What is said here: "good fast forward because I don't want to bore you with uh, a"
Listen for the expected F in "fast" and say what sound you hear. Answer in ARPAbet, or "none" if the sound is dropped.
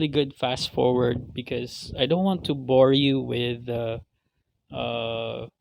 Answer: F